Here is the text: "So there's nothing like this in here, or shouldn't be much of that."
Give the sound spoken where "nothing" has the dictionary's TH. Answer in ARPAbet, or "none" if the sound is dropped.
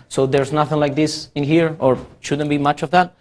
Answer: TH